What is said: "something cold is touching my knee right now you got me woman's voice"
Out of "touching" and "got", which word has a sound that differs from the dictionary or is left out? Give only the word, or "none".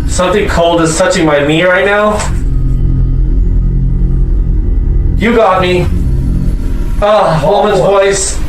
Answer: none